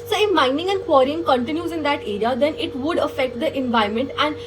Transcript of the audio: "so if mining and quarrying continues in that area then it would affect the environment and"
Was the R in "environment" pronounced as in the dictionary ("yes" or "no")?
no